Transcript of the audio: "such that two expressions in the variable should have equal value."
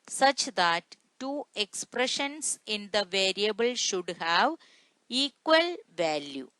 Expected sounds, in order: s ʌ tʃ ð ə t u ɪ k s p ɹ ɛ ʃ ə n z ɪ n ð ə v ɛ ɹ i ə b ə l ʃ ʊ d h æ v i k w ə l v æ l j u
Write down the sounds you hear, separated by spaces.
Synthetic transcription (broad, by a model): s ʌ tʃ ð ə t u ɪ k s p ɹ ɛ ʃ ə n s ɪ n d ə v ɛ ɹ i ə b ə l ʃ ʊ d h æ v i k w ə l v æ l j u